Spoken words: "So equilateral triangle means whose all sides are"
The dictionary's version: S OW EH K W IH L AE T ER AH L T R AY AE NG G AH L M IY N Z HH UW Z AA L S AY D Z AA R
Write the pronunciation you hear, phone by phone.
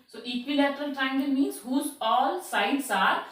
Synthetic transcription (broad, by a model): S OW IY K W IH L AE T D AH L T AY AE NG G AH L M IY N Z HH UW Z AA L S AY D S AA R